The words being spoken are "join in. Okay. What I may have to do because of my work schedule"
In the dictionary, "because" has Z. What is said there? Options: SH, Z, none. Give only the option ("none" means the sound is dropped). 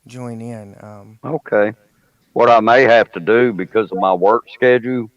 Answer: Z